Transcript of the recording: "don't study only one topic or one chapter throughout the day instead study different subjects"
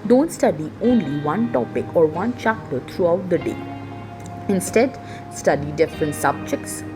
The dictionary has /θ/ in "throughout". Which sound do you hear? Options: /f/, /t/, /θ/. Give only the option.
/t/